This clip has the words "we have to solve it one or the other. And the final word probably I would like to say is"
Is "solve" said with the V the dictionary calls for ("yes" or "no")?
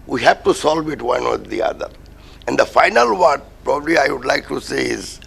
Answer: yes